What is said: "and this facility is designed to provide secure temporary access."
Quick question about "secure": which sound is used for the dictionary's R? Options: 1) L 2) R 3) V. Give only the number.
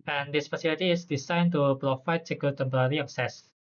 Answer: 1